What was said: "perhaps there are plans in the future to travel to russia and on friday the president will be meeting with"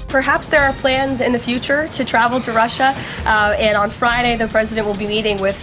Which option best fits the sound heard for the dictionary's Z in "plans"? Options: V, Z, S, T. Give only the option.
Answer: Z